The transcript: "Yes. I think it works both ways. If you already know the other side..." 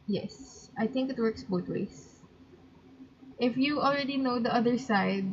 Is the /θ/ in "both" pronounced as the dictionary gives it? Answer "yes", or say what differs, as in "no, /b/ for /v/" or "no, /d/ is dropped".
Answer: no, /t/ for /θ/